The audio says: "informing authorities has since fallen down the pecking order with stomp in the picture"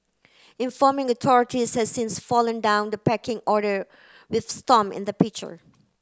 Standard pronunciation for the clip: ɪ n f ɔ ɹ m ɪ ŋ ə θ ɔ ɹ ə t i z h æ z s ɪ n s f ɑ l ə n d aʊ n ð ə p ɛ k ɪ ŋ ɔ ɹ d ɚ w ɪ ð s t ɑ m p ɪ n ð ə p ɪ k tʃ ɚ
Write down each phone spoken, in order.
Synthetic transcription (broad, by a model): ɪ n f ɔ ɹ m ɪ ŋ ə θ ɔ ɹ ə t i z h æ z s ɪ n s f ɑ l ə n d aʊ n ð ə p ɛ k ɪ ŋ ɔ ɹ d ɚ w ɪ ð s t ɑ m ɪ n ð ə p ɪ k tʃ ɚ